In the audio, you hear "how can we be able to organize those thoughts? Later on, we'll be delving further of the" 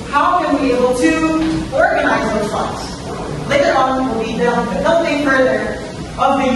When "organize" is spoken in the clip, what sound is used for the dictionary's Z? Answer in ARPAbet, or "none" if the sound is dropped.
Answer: Z